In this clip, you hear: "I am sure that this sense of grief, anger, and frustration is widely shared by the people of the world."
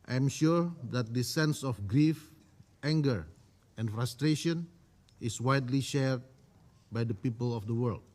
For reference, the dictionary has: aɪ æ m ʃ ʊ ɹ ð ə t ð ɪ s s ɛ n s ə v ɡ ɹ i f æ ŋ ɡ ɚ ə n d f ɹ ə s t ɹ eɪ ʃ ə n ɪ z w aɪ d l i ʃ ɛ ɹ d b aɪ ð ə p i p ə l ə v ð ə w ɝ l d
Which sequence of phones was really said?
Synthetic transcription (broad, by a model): aɪ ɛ m ʃ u ɹ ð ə t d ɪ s s ɛ n s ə f ɡ ɹ i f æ ŋ ɡ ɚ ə n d f ɹ ə s t ɹ eɪ ʃ ə n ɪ s w aɪ d l i ʃ ɛ ɹ d b aɪ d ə p i p ə l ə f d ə w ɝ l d